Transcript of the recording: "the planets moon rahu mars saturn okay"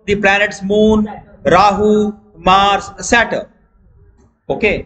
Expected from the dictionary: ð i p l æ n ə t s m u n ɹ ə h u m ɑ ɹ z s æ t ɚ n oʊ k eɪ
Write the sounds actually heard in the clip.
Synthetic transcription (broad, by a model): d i p l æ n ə t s m u n ɹ ə h u m ɑ ɹ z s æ t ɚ oʊ k eɪ